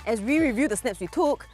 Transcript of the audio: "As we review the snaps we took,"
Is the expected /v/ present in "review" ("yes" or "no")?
yes